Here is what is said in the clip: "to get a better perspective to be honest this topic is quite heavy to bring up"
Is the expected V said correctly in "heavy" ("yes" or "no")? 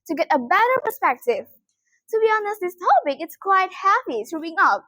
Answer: no